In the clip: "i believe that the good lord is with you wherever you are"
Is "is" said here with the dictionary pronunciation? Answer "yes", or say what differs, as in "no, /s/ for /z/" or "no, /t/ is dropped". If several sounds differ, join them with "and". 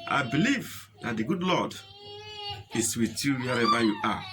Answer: no, /s/ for /z/